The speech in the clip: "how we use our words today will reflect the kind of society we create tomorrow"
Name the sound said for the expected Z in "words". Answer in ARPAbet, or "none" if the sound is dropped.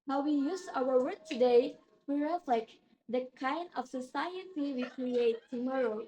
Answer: none